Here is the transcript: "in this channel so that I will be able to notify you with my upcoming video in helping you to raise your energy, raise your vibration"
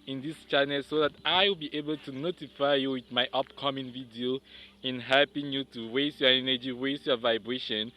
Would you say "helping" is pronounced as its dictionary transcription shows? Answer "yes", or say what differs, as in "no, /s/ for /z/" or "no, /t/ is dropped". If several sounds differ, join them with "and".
yes